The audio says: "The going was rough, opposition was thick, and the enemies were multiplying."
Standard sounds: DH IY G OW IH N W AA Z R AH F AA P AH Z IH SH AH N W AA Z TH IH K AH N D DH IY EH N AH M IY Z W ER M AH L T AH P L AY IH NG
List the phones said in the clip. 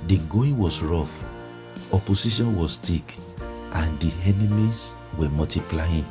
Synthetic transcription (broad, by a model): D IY G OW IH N W AA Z R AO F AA P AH S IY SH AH N W AA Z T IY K AH N D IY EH N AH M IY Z W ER M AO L T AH P L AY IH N